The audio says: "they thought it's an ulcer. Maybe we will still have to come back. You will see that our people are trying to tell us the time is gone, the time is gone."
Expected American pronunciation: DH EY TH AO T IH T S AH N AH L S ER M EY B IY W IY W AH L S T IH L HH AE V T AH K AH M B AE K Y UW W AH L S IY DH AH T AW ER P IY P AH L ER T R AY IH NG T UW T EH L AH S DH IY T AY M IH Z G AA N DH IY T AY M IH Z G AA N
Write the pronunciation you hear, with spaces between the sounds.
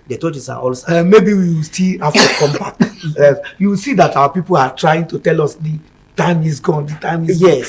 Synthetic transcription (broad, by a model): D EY T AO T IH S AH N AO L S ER M EY B IY W IY W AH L S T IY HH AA F T AH K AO M B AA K Y UW W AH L S IY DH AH T AW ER P IY P AH L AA T R AY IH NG T UW T EH L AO S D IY T AY M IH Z G AA N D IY T AY M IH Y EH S